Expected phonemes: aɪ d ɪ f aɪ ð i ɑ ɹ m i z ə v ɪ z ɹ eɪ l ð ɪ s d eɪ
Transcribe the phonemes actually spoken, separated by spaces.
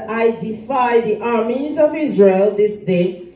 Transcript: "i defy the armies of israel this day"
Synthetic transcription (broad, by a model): aɪ d ɪ f aɪ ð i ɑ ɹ m i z ə v ɪ z ɹ eɪ l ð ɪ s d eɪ